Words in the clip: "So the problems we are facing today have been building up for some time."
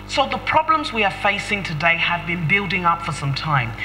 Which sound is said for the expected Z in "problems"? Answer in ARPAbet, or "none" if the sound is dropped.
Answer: Z